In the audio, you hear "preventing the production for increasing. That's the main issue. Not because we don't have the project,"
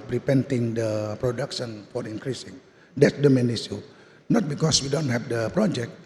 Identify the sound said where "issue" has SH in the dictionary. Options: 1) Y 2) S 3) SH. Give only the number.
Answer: 2